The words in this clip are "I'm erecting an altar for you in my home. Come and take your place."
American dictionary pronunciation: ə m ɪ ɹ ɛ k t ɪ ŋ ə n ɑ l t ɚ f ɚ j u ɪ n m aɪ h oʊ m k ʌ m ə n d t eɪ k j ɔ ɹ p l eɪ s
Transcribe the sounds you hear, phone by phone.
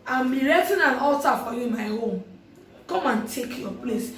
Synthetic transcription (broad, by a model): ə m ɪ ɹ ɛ t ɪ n ə n ɑ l t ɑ f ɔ j u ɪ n m aɪ h oʊ m k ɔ m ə n t eɪ k j ɔ p l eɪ s